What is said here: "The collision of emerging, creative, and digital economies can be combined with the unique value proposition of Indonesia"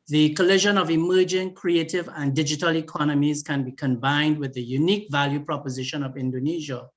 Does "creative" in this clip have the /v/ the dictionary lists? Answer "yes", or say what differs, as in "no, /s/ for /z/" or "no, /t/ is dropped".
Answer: yes